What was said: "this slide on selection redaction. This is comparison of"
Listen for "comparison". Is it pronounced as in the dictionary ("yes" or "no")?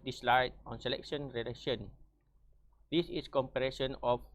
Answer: no